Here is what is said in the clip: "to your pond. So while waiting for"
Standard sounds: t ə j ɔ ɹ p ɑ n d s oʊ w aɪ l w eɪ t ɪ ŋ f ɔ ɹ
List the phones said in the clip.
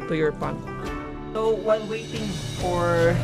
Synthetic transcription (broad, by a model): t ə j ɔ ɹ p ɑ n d s oʊ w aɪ n w eɪ t ɪ ŋ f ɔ ɹ